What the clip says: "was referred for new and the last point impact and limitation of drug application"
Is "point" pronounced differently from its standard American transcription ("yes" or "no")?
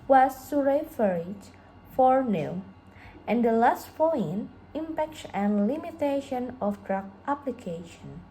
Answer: yes